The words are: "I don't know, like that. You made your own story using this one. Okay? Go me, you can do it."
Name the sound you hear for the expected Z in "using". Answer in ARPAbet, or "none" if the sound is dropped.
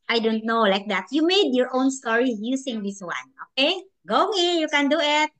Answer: S